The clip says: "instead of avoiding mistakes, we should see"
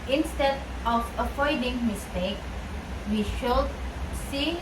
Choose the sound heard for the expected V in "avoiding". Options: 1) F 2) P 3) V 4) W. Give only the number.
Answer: 1